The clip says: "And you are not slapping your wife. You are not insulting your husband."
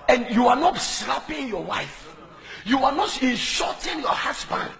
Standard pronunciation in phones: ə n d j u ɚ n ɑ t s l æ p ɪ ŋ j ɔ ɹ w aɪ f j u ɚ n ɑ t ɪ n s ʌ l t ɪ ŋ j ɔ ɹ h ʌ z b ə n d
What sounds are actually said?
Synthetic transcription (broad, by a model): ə n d j u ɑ n ɑ t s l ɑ p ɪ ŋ j ɔ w aɪ f j u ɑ n ɑ t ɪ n ʃ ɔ t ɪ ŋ j ɔ h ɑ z b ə n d